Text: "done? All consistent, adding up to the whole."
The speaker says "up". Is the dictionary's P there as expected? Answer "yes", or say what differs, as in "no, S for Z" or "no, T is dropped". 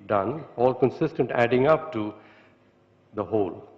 yes